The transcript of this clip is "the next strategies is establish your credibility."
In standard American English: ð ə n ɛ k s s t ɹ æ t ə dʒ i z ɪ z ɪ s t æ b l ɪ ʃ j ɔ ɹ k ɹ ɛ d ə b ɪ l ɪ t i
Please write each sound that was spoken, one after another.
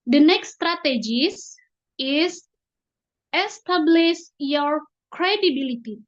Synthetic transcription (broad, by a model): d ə n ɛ k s s t ɹ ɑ t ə dʒ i s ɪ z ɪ s t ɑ b l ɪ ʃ j ɔ ɹ k ɹ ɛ d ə b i l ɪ t i